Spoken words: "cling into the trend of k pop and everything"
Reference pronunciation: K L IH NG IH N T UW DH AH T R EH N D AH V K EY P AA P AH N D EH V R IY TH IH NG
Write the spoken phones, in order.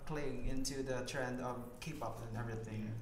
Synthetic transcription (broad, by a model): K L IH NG IH N T UW DH AH T R EH N D AH V K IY P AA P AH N EH V R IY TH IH NG